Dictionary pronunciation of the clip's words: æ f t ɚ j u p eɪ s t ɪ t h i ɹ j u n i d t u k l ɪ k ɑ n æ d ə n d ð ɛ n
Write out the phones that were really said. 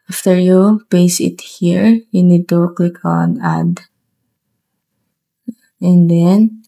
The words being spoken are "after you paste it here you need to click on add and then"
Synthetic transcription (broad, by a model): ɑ f t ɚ j u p eɪ s ɪ t h i ɹ j u n i d t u k l ɪ k ɑ n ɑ d ə n d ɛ n